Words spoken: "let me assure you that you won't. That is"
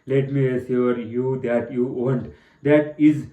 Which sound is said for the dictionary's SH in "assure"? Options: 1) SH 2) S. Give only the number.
2